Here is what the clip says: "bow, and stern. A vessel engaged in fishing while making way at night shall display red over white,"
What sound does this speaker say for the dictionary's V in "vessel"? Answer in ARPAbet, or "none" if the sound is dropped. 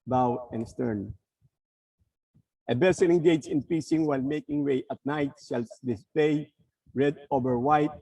B